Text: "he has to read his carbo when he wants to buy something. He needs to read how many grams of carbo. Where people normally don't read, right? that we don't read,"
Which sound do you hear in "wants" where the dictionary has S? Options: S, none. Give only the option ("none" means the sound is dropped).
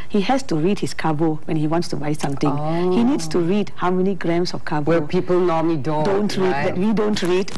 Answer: S